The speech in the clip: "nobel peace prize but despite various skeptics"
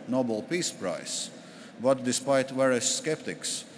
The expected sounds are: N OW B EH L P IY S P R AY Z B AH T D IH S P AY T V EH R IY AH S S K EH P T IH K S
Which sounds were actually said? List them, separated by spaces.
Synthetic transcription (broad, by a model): N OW B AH L P IY S P R AY S B AH T D IH S P AY T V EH R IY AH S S K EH P T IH K S